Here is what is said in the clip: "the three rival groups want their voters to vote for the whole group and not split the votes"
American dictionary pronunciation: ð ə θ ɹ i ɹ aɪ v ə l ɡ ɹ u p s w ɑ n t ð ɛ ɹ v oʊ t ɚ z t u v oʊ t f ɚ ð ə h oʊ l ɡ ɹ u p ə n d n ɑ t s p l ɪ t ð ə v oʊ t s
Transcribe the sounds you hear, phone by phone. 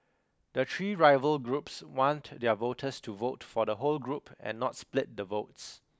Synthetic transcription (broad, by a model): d ə t ɹ i ɹ aɪ v ə l ɡ ɹ u p s w ɑ n t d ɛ v oʊ t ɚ s t u v oʊ t f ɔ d ə h oʊ l ɡ ɹ u p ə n n ɑ t s p l ɪ t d ə v oʊ t s